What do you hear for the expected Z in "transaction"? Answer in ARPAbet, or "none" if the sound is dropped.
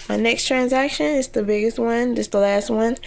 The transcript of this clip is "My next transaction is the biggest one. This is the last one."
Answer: Z